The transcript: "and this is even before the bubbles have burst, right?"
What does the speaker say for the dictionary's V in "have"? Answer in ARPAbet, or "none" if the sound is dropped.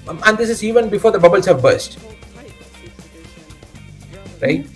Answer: V